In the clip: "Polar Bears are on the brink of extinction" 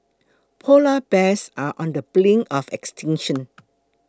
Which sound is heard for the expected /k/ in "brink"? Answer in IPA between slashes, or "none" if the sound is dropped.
none